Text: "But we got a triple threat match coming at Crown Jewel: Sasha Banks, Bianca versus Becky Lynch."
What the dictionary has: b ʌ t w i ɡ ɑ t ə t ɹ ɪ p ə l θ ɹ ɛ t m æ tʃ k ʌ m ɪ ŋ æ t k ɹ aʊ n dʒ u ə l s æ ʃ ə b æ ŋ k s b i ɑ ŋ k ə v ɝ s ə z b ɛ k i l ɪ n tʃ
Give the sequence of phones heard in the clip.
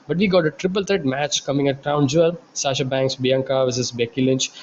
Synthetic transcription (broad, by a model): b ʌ t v i ɡ ɑ t ə t ɹ ɪ p ə l t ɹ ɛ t m æ tʃ k ʌ m ɪ ŋ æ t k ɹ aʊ n dʒ u ə l s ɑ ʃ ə b æ ŋ k s b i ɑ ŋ k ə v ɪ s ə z b ɛ k i l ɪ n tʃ